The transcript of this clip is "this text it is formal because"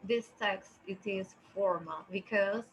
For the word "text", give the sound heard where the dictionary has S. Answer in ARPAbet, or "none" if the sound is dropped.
S